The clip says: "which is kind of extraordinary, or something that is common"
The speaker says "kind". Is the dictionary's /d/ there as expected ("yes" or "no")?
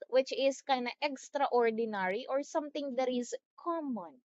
no